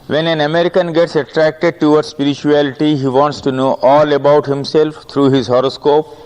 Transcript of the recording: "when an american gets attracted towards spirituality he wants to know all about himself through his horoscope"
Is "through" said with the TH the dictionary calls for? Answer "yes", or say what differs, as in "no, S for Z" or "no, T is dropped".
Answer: no, T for TH